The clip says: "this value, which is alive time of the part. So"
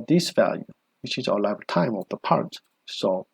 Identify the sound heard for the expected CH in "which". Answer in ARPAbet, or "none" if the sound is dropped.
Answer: CH